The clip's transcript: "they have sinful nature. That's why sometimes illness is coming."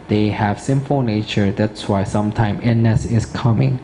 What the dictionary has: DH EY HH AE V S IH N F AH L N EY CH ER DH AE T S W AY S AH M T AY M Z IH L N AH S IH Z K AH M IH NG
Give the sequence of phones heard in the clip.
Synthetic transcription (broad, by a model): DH EY HH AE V S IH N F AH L N EY CH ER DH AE T S W AY S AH M T AY M IH N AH S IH S K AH M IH NG